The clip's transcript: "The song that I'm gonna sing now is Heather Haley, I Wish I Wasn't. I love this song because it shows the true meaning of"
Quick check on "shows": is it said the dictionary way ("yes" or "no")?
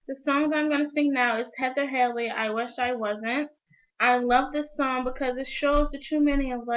yes